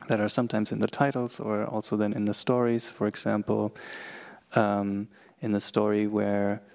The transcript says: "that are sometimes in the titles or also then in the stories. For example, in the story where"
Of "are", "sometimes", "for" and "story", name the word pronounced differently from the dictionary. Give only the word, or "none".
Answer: none